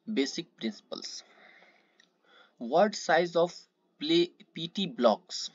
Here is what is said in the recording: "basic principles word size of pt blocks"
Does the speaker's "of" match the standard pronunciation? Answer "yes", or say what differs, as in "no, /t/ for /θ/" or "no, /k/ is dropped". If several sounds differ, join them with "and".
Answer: no, /p/ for /v/